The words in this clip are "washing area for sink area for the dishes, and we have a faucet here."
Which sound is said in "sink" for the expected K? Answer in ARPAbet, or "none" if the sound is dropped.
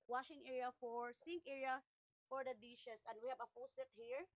none